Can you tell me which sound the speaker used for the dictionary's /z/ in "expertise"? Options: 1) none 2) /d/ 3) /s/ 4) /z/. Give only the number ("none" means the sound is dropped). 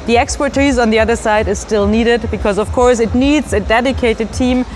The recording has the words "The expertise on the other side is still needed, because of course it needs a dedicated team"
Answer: 4